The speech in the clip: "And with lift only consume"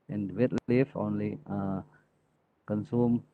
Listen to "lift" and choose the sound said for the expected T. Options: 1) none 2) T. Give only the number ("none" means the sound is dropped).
1